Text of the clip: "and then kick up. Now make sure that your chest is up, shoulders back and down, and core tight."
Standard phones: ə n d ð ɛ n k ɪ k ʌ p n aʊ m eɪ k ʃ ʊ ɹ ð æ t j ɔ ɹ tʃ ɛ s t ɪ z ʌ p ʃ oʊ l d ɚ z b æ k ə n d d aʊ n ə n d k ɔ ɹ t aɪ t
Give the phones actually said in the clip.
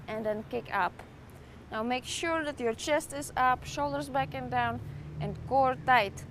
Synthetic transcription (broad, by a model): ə n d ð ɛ n k ɪ k ʌ p n aʊ m eɪ k ʃ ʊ ɹ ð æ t j ɔ ɹ tʃ ɛ s t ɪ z ʌ p ʃ oʊ l d ɚ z b æ k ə n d d aʊ n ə n k ɔ ɹ t aɪ t